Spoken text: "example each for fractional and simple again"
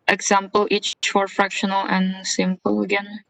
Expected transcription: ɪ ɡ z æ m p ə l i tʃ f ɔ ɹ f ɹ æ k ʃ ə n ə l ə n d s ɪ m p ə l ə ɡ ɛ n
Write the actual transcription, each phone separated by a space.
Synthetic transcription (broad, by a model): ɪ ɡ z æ m p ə l i tʃ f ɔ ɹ f ɹ æ k ʃ ə n ə l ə n s ɪ m p ə l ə ɡ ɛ n